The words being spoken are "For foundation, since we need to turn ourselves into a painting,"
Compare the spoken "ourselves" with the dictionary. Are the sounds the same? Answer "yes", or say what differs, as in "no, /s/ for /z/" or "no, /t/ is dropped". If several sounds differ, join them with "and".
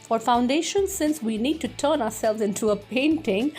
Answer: yes